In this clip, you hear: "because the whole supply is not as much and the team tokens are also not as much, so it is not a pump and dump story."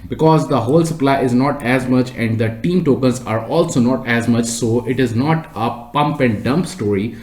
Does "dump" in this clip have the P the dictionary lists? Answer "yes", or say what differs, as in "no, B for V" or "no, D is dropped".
yes